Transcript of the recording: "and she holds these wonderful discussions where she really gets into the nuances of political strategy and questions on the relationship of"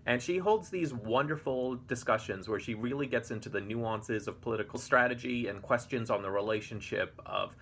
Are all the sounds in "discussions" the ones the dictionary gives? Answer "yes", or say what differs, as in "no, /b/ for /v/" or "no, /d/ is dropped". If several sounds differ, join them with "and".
yes